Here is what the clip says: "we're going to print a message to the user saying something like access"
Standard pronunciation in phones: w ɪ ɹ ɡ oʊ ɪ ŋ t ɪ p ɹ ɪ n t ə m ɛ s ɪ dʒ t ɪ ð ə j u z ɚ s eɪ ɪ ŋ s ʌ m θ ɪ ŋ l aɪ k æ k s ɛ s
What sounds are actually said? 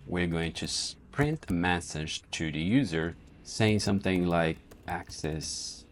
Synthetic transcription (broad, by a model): w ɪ ɹ ɡ oʊ ɪ ŋ t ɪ p ɹ ɪ n t ə m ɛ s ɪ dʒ t ɪ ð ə j u z ɚ s eɪ ɪ ŋ s ʌ m θ ɪ ŋ l aɪ k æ k s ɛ s